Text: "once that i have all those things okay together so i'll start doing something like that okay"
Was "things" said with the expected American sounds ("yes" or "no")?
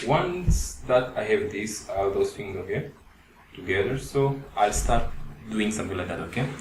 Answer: no